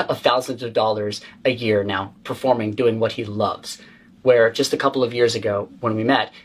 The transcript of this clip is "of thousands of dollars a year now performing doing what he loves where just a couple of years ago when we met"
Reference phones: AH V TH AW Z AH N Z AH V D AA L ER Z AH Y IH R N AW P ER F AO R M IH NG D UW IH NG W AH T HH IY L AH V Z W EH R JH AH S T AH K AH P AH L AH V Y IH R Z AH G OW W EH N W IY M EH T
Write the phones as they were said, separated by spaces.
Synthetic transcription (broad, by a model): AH TH AW Z AH N Z AH V D AA L ER Z AH Y IH R N AW P ER F AO R M IH NG D UW IH NG W AH T HH IY L AH V Z W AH R JH AH S T AH K AH P L AH V Y IH R Z AH G OW W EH N W IY M EH T